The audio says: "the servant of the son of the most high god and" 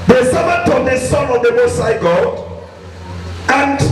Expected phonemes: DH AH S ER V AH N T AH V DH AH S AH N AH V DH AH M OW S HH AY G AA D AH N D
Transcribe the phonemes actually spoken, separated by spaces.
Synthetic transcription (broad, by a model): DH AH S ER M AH T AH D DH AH S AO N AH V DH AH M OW S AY G AA D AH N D